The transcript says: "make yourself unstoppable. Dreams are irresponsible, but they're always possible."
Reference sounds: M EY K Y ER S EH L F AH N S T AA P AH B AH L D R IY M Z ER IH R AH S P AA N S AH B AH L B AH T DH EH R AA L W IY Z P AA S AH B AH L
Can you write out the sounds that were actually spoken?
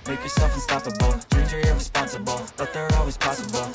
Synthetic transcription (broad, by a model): M EY K Y ER S EH L F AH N S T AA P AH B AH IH Z ER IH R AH S P AA N S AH B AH L B AH T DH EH R AA L W IY Z P AA S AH B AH L